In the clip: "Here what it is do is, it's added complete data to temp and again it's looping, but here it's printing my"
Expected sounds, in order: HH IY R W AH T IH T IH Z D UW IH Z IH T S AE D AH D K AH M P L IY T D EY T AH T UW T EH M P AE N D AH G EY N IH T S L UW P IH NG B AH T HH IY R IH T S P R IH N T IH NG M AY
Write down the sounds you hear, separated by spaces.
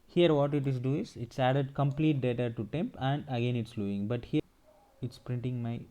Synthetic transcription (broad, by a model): HH IY R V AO T IH T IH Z D UW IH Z IH T S AE D AH D K AH M P L IY T D EY T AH T UW T EH M P AE N D AH G EY N IH T S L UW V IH NG B AH T HH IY R IH T S P R IH N T IH NG M AY